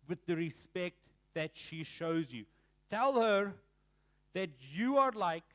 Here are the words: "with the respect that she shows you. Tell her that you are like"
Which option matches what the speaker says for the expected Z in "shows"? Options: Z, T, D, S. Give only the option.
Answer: Z